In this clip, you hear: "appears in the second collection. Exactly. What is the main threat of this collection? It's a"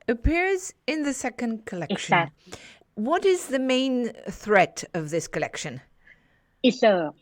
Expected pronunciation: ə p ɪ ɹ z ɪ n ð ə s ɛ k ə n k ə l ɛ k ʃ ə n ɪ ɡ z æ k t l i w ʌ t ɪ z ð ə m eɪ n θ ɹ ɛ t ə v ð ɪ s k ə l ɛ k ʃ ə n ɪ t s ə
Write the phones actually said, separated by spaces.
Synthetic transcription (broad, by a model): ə p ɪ ɹ z ɪ n ð ə s ɛ k ə n k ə l ɛ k ʃ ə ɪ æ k w ʌ t ɪ z ð ə m eɪ n θ ɹ ɛ t ə v ð ɪ s k ə l ɛ k ʃ ə n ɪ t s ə